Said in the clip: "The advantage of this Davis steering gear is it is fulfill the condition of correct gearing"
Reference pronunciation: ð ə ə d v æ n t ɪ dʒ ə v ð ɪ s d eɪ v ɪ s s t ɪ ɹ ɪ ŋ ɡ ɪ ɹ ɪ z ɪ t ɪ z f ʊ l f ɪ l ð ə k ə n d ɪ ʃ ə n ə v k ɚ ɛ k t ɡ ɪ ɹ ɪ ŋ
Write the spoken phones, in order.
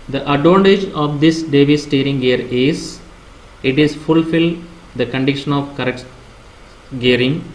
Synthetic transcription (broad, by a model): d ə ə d ɔ n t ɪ dʒ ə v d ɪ s d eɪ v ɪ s s t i ɹ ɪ ŋ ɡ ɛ ɹ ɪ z ɪ t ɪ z f ʊ l f ɪ l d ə k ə n d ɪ ʃ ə n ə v k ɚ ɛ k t ɡ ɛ ɹ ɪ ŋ